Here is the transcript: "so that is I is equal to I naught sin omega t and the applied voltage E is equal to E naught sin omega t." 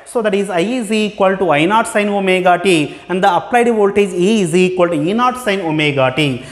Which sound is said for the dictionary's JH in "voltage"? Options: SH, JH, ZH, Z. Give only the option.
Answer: Z